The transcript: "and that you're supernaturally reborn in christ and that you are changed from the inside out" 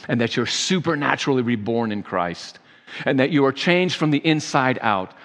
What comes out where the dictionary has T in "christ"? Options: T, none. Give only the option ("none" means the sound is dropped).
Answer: T